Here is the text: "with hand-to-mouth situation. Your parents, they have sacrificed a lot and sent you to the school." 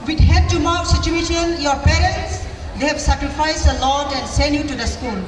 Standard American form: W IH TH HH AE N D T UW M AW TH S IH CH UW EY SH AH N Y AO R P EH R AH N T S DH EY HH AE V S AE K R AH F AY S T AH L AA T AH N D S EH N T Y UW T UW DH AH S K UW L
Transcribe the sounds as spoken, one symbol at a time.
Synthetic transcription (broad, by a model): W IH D HH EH D T UW M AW S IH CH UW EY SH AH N Y AO R P EH R AH N T S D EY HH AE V S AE K R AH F AY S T AH L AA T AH N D S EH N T Y UW T UW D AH S K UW L